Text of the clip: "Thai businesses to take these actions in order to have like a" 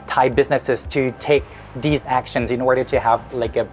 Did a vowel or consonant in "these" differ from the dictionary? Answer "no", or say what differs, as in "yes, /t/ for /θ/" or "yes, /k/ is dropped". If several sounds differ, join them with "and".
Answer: no